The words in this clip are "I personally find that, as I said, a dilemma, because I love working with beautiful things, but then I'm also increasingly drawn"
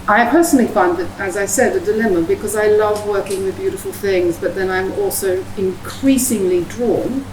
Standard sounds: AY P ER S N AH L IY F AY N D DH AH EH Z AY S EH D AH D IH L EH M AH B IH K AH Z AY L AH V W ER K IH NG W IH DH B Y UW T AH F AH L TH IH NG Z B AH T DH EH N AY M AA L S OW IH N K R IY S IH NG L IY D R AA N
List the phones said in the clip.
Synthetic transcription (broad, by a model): AY P ER S N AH L IY F AY N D DH AH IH Z AY S EH D AH D IH L EH M AH B IH K AH Z AY L AH V W ER K IH NG W IH DH B Y UW T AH F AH L TH IH NG Z B AH T DH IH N AY M AA L S OW IH N K R IY S IH NG L IY D R AA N